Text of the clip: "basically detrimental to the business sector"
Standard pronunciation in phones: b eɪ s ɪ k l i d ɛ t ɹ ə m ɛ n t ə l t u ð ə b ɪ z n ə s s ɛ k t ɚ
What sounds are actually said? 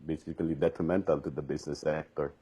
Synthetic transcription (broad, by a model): b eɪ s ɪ k l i d ɛ t ɹ ə m ɛ n t ə l t u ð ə b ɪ s n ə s s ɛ k t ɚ